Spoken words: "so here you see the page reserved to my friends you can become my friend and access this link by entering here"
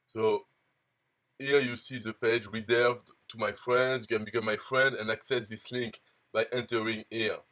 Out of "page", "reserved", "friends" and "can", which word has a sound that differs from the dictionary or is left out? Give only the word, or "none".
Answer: none